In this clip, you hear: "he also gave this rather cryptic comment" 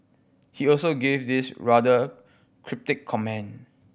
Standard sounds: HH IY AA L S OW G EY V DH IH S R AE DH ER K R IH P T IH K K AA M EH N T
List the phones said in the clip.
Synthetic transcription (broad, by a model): HH IY AA L S OW G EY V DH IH S R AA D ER K R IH P T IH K K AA M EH N